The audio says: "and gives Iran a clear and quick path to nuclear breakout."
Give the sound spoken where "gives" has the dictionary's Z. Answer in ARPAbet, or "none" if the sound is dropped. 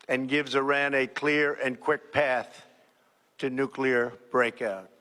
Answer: Z